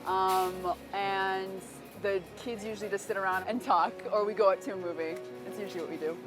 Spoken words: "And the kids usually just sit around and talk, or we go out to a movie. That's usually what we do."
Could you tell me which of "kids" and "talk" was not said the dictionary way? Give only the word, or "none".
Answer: none